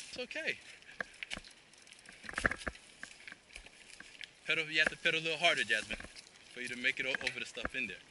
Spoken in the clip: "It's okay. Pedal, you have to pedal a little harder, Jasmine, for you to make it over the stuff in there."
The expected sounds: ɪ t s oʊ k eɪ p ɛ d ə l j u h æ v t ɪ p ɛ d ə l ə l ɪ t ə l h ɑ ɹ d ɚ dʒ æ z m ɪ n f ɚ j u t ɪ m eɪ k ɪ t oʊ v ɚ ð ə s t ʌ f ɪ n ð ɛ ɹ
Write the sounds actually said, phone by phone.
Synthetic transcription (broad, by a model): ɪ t s oʊ k eɪ p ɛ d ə j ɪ h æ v t ɪ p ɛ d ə ə l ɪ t l h ɑ ɹ d ɚ dʒ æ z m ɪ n f ɚ j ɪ t ɪ m eɪ k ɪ t oʊ v ɚ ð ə s t ʌ f ɪ n ð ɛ ɹ